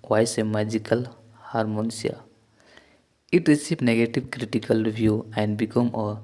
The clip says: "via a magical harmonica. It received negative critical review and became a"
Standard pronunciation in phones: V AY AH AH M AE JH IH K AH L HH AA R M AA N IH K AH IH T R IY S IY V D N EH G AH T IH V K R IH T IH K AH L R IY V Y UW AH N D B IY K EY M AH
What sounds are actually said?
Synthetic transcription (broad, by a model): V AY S AH M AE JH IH K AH L HH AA R M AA N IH AH IH T R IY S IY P N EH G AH T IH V K R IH T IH K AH L R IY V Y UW AH N D B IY K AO M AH